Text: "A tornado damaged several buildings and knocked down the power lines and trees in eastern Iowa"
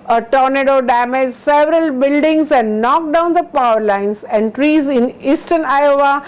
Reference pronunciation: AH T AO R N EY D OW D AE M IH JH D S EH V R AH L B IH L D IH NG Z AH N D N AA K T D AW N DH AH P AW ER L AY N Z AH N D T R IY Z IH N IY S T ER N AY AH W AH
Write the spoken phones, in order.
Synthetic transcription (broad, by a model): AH T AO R N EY D OW D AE M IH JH S EH V R AH L B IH L D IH NG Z AH N D N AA K D AW N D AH P AW ER L AY N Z AH N D T R IY Z IH N IY S T ER N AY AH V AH